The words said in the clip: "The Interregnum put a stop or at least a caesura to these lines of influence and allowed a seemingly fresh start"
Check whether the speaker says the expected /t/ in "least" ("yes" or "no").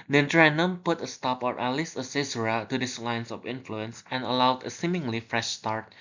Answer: no